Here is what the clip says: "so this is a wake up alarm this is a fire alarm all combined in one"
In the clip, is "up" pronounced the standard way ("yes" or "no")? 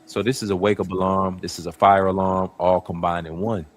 no